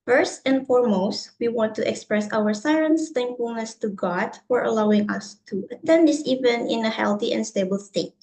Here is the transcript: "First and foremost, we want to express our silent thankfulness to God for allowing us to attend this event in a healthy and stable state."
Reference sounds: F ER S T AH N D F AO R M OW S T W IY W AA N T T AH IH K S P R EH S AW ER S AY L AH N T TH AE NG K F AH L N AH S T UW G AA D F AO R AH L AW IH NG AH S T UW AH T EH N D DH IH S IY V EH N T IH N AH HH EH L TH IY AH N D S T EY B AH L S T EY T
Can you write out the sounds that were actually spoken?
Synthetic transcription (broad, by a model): F ER S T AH N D F AO R M OW S T W IY W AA N T T AH K S P R EH S AW ER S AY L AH N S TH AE NG K F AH L N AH S T UW G AA D F AO R AH L AW IH NG AH S T UW AH T EH N D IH S IY V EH N IH N AH HH EH L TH IY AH N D S T EY B AH L S T EY T